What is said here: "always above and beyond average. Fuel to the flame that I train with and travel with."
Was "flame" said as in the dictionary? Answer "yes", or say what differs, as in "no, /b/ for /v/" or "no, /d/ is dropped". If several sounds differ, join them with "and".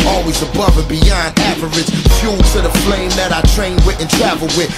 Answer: yes